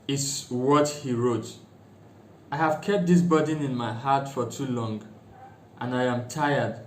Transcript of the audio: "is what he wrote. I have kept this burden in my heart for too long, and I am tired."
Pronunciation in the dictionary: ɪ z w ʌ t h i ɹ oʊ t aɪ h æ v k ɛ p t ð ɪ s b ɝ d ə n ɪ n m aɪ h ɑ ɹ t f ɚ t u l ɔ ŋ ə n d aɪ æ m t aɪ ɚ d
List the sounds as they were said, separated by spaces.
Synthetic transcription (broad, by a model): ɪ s w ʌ t h i ɹ oʊ t aɪ h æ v k ɛ p t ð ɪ s b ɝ d n ɪ n m aɪ h ɑ t f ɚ t u l ɔ ŋ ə n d aɪ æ m t aɪ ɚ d